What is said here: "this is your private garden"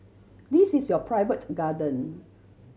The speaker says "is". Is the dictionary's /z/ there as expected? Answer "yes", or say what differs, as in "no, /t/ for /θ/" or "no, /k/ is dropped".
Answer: no, /s/ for /z/